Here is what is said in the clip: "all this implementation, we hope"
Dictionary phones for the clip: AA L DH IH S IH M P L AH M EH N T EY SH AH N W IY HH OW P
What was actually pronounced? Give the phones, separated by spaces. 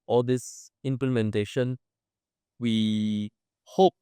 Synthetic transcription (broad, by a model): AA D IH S IH M P L AH M EH N T EY SH AH N W IY HH OW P